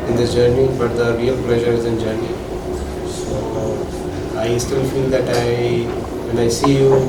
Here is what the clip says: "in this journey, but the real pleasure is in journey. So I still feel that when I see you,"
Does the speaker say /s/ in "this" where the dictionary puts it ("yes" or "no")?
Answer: no